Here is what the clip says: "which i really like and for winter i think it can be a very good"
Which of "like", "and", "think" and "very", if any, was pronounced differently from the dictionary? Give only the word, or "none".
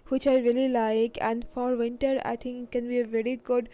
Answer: think